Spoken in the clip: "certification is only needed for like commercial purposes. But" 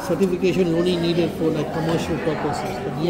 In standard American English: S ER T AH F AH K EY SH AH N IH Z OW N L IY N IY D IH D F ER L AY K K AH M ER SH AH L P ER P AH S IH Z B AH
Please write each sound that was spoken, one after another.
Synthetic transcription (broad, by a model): S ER T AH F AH K EY SH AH N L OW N IY N IY D IH D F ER L AY K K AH M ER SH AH L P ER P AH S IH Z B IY